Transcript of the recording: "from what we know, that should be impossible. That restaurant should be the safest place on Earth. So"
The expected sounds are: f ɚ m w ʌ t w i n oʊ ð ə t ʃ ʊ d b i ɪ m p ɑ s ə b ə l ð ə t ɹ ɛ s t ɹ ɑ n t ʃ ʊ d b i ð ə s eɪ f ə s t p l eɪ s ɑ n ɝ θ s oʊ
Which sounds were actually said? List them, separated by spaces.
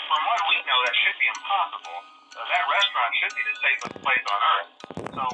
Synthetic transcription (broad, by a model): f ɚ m w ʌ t w i n oʊ ð ə t ʃ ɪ d b i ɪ m p ɑ s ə b l ð ə t ɹ ɛ s t ɹ ɑ n t ʃ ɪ d b i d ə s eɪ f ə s p l eɪ s n ɝ θ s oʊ